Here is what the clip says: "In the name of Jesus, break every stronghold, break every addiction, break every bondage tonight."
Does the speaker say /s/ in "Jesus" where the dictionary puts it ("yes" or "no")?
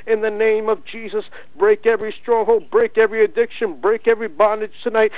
yes